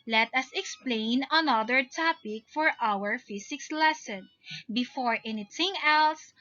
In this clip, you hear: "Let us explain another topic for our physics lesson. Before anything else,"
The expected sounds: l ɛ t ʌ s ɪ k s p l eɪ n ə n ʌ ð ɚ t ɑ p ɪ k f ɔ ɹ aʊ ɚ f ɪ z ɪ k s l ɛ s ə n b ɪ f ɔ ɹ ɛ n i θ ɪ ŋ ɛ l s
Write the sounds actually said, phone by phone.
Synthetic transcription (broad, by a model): l ɛ t ʌ s ɪ k s p l eɪ n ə n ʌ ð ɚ t ɑ p ɪ k f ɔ ɹ aʊ ɚ f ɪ s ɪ k s l ɛ s ə n b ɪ f ɔ ɹ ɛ n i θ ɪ ŋ ɛ l s